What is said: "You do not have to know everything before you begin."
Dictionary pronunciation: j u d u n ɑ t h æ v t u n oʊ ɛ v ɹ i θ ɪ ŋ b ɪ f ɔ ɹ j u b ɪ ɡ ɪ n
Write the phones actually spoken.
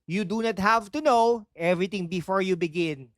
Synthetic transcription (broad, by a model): j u d u n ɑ t h æ v t u n oʊ ɛ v ɹ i t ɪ ŋ b ɪ f ɔ ɹ j u b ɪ ɡ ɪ n